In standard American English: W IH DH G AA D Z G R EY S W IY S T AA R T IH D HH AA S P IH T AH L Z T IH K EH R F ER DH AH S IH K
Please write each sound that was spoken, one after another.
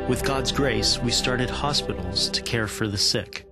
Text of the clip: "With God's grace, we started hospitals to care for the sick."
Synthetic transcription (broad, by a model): W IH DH G AA D Z G R EY S W IY S T AA R T IH D HH AA S P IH T L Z T IH K EH R F ER DH AH S IH K